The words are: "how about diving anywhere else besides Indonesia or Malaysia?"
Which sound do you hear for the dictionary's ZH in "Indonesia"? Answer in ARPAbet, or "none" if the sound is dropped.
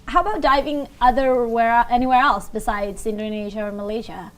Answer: ZH